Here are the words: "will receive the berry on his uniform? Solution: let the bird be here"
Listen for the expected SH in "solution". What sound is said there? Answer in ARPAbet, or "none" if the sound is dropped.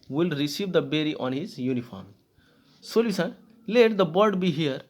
S